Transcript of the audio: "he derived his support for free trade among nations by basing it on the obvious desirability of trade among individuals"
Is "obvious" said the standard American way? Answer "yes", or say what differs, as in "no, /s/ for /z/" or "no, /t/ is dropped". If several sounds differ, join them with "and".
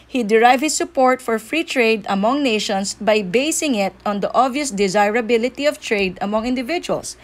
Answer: yes